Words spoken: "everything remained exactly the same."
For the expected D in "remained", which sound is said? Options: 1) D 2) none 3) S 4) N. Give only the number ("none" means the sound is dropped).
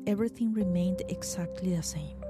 1